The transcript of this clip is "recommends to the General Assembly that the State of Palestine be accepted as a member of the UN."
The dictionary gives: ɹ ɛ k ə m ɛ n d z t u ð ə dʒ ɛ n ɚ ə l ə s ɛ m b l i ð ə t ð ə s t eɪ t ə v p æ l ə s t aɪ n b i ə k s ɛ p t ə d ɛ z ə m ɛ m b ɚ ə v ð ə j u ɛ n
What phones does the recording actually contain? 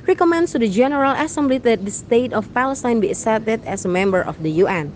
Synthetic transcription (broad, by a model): ɹ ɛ k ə m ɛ n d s t u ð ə dʒ ɛ n ɚ ə l ə s ɛ m b l i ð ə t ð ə s t eɪ t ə f p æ l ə s t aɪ n b i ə s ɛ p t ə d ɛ s ə m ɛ m b ɚ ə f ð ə j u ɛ n